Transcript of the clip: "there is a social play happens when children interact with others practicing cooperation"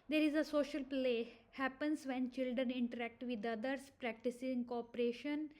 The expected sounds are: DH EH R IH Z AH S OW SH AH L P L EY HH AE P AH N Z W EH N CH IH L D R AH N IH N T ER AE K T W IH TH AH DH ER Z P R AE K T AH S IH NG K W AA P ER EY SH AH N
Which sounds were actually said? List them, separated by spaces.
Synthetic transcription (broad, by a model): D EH R IH Z AH S OW SH AH L P L EY HH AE P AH N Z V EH N CH IH L D R AH N IH N T ER AE K T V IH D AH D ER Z P R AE K T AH S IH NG K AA P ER EY SH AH N